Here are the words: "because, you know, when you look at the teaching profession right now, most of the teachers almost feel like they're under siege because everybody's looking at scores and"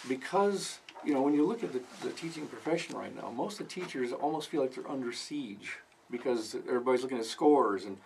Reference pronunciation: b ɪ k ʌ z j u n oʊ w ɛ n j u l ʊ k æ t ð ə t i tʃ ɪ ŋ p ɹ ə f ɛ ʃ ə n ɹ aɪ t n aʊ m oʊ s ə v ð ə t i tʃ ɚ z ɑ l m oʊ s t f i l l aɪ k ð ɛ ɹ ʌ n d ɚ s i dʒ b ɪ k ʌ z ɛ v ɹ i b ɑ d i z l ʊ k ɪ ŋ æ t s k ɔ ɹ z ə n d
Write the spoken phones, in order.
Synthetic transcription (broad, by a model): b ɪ k ʌ z j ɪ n oʊ w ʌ n j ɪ l ʊ k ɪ t ð ə t i tʃ ɪ ŋ p ɹ ə f ɛ ʃ ə n ɹ aɪ t n aʊ m oʊ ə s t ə t i tʃ ɚ z ɑ l m oʊ s t f i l l aɪ k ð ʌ ɹ ʌ n d ɚ s i dʒ b ɪ k ʌ z ɛ v ɹ i b ɑ d i z l ʊ k ɪ ŋ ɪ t s k ɔ ɹ z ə n